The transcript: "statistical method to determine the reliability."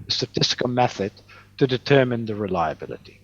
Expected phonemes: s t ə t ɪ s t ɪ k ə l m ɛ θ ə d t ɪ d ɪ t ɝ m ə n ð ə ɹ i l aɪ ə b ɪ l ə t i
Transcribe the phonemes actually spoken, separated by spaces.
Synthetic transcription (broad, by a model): s t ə t ɪ s t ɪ k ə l m ɛ θ ə d t ɪ d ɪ t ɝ m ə n ð ə ɹ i l aɪ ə b ɪ l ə t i